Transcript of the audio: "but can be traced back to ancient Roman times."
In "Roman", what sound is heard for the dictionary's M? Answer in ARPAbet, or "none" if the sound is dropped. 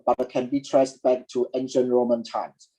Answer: M